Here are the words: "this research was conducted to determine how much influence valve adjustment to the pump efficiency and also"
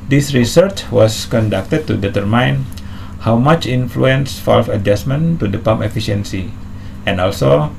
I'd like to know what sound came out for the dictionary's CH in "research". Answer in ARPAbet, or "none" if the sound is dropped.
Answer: CH